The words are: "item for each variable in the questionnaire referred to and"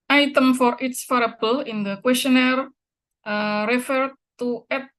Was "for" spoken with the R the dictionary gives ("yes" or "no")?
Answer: yes